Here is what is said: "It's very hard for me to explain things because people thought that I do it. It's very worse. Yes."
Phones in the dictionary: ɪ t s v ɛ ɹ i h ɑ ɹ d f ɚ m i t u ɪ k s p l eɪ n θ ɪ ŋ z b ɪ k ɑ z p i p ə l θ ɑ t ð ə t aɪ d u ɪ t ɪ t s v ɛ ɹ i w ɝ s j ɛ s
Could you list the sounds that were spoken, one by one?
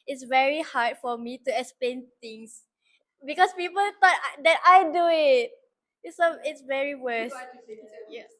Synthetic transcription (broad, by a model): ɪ t s v ɛ ɹ i h ɑ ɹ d f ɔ m i t u ɪ k s p l eɪ n t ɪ ŋ s b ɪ k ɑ s p i p ə l t ɑ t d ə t aɪ d u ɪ t ɪ t s v ɛ ɹ i w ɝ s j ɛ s